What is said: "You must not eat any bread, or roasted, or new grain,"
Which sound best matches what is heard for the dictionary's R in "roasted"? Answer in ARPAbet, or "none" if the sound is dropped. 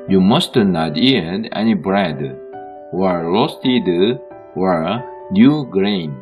L